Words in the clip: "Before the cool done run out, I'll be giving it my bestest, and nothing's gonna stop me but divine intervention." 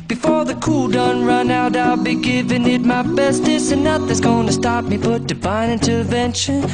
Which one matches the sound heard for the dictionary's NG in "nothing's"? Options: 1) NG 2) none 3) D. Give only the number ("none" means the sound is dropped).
2